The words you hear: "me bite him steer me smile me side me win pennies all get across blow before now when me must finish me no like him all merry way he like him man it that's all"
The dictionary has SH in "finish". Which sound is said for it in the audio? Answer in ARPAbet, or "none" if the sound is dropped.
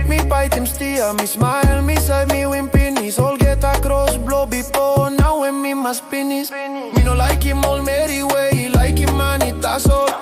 S